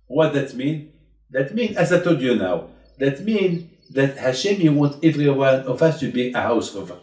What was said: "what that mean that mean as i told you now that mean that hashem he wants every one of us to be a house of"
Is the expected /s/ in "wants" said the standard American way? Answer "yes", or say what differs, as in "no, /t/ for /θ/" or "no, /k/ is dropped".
no, /s/ is dropped